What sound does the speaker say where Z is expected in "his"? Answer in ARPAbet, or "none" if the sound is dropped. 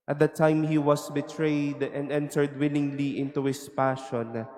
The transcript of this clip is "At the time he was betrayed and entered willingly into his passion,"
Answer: S